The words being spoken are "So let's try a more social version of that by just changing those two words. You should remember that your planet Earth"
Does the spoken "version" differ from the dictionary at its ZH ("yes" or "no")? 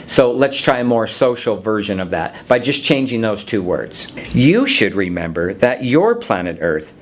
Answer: no